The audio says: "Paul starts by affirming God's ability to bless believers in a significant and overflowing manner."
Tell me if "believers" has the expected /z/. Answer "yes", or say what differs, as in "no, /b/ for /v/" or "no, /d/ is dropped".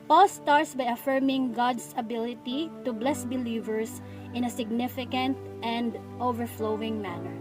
no, /s/ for /z/